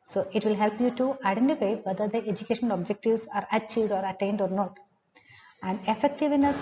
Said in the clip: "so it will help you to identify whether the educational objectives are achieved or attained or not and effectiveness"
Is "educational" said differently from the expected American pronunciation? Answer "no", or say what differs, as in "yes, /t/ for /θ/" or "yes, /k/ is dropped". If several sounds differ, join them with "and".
yes, /n/ is dropped and /n/ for /l/